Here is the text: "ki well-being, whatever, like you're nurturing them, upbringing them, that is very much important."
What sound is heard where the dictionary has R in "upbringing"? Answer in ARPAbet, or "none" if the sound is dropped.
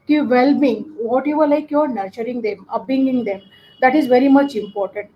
none